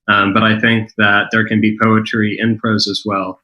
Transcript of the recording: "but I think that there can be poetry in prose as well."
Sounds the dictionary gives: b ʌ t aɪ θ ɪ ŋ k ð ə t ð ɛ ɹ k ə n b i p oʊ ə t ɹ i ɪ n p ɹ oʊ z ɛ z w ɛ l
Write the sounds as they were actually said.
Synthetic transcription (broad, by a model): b ʌ t aɪ θ ɪ ŋ k ð ə t ð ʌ ɹ k ə n b i p oʊ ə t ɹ i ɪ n p ɹ oʊ z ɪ z w ɛ l